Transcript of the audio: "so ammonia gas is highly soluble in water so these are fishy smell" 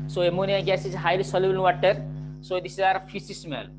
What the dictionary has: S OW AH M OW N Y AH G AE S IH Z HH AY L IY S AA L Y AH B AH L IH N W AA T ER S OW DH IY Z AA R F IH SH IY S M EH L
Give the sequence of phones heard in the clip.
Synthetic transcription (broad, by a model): S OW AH M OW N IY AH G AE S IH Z HH AY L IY S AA L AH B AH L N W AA T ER S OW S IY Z AA R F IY S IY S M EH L